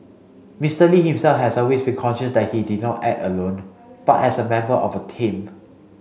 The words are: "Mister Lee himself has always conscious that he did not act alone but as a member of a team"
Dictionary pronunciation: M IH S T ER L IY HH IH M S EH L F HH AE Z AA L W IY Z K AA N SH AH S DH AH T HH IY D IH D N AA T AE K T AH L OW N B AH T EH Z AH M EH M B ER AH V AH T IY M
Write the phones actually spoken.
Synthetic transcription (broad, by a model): M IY S T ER L IY HH IH M S EH L F HH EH S AA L W IY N K AA N SH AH S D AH T HH IY D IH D N AA T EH T AH L OW N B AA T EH S AH M EH M B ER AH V AH T IY M